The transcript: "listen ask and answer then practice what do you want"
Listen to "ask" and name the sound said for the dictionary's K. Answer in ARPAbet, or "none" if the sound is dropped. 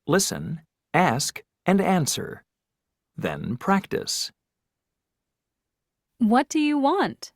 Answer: K